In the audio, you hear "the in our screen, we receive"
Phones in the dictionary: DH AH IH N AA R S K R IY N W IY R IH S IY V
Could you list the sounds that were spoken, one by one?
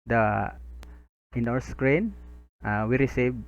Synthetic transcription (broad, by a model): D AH IH N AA W S K R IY N W IY R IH S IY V